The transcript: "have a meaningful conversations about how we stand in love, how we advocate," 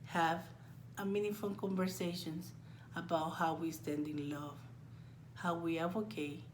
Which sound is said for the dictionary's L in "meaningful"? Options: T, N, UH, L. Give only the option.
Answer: N